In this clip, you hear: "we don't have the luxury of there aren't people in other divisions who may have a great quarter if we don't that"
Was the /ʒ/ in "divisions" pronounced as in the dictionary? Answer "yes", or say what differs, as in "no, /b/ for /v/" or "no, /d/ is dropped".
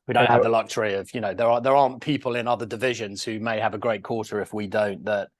yes